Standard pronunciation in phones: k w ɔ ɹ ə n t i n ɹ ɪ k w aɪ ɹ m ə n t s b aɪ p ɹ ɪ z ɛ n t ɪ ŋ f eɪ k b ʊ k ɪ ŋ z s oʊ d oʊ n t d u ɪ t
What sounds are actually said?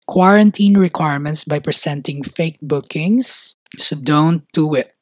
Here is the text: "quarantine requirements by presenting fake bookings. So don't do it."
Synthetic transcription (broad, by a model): k w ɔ ɹ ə n t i n ɹ ɪ k w aɪ ɹ m ə n t s b aɪ p ɹ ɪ s ɛ n t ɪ ŋ f eɪ k b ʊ k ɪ ŋ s s oʊ d oʊ n t d u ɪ t